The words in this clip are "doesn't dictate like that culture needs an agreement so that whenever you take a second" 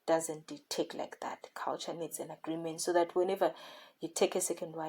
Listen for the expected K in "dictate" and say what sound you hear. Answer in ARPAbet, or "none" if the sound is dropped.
none